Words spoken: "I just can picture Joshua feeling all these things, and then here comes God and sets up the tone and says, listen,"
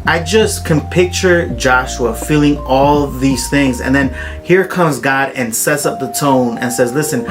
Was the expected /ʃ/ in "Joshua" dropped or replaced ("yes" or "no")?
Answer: no